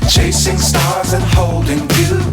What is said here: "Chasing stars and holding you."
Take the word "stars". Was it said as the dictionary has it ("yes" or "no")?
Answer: yes